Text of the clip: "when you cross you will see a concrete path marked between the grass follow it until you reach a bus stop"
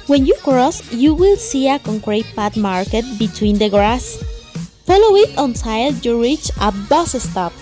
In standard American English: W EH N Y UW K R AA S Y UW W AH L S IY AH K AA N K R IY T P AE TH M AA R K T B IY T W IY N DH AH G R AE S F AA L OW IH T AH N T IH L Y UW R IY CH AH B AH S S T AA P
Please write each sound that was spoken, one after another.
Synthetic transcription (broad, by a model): W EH N Y UW K R AA S Y UW W AH L S IY AH K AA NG K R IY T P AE T M AA R K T B IY T W IY N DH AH G R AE S F AA L OW IH T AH N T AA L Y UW R IY CH AH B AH S S T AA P